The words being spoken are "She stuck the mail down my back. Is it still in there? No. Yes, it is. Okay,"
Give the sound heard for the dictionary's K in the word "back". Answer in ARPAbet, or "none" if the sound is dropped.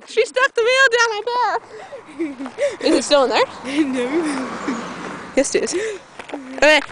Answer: none